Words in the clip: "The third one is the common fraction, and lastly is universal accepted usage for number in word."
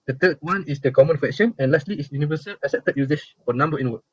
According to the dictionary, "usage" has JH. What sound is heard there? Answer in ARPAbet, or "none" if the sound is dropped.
SH